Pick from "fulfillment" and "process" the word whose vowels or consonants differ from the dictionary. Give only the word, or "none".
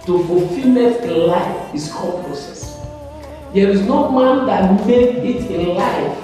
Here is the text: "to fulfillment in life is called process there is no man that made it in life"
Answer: fulfillment